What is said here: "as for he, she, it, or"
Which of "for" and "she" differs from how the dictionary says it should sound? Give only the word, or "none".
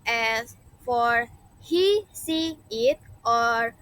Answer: she